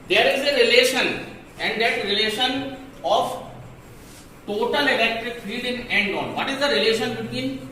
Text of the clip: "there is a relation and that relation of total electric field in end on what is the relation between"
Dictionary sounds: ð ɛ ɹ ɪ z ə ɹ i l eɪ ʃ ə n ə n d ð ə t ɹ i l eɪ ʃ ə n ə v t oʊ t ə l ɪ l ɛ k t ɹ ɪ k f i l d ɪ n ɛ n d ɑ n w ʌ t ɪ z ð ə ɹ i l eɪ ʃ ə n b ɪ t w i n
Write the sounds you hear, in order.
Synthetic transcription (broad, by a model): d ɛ ɹ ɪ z ə ɹ i l eɪ ʃ ə n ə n d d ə t ɹ i l eɪ ʃ ə n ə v t oʊ t ə l ɪ l ɛ k t ɹ ɪ k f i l d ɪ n ɛ n d ɑ n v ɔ t ɪ z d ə ɹ i l eɪ ʃ ə n b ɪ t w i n